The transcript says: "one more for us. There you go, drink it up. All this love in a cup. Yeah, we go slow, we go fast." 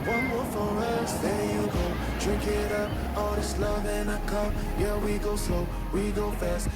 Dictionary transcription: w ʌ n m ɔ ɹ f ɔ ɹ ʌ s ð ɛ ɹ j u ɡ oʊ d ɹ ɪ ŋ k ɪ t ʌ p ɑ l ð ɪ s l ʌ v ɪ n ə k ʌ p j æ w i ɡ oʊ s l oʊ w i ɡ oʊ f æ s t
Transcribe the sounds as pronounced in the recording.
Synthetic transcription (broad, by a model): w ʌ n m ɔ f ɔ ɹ ʌ s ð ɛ j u ɡ oʊ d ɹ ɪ ŋ k ɪ t ʌ p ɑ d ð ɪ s l ʌ v ɪ n ə k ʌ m j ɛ w i ɡ oʊ s oʊ w i ɡ oʊ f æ s t